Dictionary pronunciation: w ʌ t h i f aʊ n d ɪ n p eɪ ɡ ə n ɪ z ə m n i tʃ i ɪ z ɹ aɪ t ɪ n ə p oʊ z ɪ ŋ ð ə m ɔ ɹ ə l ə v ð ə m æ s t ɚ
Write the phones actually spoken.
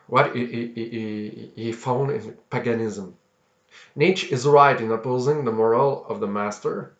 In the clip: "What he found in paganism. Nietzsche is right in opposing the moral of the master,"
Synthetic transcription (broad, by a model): w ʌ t h i f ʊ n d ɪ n p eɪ ɡ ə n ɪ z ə m n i tʃ ɪ z ɹ aɪ t ɪ n ə p oʊ z ɪ ŋ ð ə m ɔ ɹ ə l ə v ð ə m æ s t ɚ